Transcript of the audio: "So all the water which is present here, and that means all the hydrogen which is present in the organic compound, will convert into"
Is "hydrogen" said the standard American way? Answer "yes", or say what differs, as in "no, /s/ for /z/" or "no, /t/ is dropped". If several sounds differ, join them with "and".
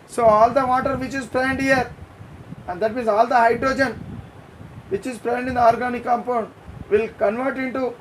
yes